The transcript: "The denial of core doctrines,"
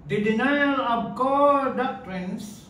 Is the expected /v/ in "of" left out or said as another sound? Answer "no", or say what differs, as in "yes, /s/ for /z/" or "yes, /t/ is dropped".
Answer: yes, /b/ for /v/